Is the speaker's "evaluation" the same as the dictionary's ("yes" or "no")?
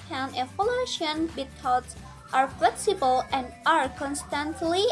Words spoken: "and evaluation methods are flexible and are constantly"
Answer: no